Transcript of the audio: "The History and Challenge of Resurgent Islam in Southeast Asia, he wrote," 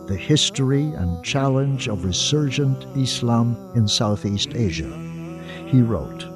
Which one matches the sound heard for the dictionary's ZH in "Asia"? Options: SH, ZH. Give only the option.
ZH